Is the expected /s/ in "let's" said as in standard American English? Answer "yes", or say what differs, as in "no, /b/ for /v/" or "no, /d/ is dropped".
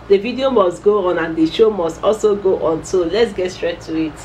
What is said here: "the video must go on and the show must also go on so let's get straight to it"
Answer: yes